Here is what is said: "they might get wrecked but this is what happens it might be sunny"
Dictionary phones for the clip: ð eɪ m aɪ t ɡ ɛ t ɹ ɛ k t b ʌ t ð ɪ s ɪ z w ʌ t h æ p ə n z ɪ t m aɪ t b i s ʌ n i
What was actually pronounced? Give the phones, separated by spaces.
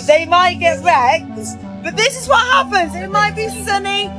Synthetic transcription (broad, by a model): ð eɪ m aɪ t ɡ ɛ t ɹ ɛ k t b ʌ t ð ɪ s ɪ z w ʌ t h æ p ə n z ɪ t m aɪ t b i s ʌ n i